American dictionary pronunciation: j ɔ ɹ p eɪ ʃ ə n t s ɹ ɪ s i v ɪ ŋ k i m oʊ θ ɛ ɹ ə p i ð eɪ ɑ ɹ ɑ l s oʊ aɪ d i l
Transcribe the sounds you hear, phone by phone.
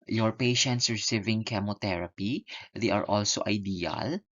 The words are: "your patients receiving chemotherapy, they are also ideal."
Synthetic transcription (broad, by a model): j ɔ ɹ p eɪ ʃ ə n t s ɹ ɪ s i v ɪ ŋ k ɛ m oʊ t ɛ ɹ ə p i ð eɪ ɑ ɹ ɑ l s oʊ aɪ d i l